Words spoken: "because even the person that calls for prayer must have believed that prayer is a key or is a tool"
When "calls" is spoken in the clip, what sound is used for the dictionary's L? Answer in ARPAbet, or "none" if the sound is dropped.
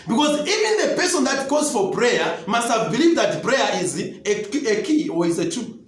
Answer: none